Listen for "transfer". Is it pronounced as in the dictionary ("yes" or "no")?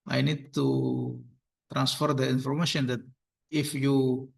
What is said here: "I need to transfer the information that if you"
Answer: yes